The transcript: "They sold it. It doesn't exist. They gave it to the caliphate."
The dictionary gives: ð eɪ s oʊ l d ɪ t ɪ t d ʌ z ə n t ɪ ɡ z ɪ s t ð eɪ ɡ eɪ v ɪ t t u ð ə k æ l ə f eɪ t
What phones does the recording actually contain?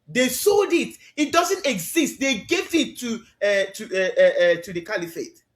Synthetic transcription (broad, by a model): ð eɪ s oʊ l d ɪ t ɪ t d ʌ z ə n t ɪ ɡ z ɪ s t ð eɪ ɡ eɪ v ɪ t t u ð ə k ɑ l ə f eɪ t